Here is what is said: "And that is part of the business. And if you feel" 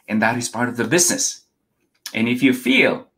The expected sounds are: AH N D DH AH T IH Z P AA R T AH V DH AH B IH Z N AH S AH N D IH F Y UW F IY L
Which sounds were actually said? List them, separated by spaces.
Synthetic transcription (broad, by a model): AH N DH AH T IH Z P AA R T AH V DH AH B IH Z N AH S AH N IH F Y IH F IY L